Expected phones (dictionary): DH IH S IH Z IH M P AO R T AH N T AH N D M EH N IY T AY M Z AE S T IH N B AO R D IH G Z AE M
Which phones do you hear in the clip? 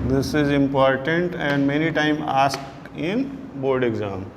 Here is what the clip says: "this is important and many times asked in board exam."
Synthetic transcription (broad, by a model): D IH S IH Z IH M P AO R T AH N T AH N D M EH N IY T AY M AA S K IH N B AO R D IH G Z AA M